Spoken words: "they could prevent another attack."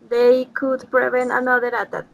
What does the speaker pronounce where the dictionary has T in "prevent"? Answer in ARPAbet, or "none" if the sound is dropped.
none